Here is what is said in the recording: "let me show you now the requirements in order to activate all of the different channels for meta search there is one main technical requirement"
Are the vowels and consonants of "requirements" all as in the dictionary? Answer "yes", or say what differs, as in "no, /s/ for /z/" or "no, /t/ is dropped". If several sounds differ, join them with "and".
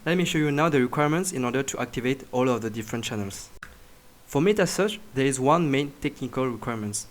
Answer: yes